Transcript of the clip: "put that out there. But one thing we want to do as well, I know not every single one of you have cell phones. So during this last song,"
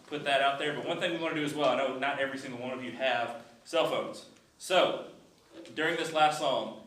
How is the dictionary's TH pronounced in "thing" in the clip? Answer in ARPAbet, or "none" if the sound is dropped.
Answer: TH